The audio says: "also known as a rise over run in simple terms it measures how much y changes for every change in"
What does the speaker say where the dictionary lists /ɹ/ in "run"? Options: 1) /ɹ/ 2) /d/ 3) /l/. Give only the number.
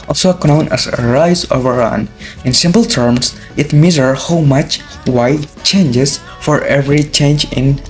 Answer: 1